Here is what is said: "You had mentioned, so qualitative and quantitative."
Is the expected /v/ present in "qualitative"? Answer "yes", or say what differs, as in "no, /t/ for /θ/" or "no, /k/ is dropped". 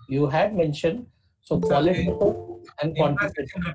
no, /v/ is dropped